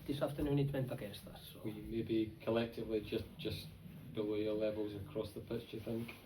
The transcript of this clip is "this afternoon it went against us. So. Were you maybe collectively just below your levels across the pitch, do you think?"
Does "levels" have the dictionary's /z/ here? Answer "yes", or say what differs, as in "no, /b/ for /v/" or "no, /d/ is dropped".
yes